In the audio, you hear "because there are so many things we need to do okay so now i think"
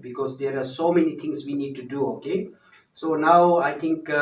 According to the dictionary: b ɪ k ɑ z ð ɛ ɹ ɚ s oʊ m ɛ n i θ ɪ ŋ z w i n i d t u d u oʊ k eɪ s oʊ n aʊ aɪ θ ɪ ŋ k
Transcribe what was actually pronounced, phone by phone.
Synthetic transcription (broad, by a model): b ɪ k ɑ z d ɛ ɹ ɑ s oʊ m ɛ n i t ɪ ŋ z w i n i d t u d u oʊ k eɪ s oʊ n aʊ aɪ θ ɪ ŋ k